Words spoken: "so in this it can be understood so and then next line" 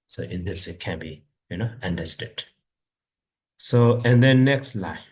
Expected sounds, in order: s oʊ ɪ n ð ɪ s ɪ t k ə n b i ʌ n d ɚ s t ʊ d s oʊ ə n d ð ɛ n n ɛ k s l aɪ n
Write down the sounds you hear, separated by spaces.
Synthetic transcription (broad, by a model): s oʊ ɪ n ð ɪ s ɪ t k ə n b i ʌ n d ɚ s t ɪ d s oʊ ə n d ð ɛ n n ɛ k s l aɪ